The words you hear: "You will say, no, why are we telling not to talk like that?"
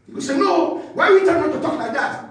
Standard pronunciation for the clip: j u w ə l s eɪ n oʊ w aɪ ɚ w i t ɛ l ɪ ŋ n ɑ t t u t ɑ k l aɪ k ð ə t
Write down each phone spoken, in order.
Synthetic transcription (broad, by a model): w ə s eɪ n oʊ w aɪ w i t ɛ ɪ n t t u t ɑ k l aɪ k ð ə t